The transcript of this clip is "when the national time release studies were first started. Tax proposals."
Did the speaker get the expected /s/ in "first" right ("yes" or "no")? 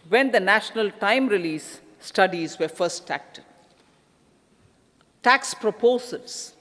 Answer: no